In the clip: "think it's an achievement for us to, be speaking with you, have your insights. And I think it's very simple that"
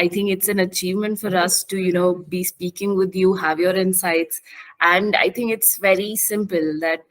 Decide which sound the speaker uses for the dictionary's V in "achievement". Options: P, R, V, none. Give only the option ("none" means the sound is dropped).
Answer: V